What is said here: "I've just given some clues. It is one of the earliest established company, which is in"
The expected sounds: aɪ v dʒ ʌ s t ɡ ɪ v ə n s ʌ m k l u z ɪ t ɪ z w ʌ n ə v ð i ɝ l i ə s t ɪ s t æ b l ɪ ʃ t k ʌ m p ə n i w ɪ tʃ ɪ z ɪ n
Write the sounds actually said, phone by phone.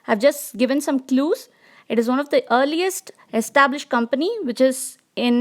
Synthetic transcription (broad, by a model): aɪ v dʒ ʌ s t ɡ ɪ v ə n s ʌ m k l u z ɪ t ɪ z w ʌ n ə v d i ɝ l i ə s t ɪ s t æ b l ɪ ʃ t k ʌ m p ə n i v ɪ tʃ ɪ z ɪ n